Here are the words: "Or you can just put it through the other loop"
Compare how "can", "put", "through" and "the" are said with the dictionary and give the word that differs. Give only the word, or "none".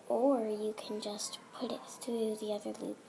through